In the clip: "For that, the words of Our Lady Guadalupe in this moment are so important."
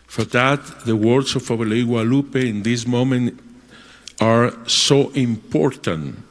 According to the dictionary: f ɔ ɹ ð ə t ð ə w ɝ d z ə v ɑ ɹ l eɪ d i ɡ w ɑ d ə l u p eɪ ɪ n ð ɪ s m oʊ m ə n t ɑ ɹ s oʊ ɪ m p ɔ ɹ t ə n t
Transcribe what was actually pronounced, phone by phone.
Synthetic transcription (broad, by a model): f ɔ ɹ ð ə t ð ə w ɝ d s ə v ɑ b l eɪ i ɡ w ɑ l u p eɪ ɪ n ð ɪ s m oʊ m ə n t ɑ ɹ s oʊ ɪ m p ɔ ɹ t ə n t